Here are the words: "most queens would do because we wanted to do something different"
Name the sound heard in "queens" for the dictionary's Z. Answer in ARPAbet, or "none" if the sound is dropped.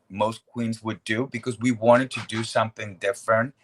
Z